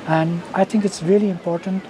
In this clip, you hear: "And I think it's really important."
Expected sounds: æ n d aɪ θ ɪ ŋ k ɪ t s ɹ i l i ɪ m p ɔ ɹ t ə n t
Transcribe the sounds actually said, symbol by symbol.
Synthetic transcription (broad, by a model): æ n d aɪ t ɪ ŋ k ɪ t s ɹ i l i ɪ m p ɔ ɹ t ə n t